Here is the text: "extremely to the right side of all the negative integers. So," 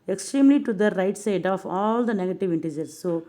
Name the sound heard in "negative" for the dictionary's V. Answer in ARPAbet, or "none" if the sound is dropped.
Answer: V